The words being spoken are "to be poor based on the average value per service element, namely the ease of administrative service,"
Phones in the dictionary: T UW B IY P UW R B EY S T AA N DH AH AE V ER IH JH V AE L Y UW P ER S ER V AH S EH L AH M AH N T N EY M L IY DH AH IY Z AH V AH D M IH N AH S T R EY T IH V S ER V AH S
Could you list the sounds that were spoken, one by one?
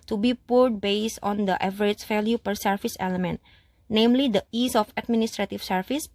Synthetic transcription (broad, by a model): T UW B IY P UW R B EY S T AA N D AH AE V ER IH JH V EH L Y UW P ER S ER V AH S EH L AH M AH N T N EY M L IY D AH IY S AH F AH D M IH N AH S T R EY T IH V S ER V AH S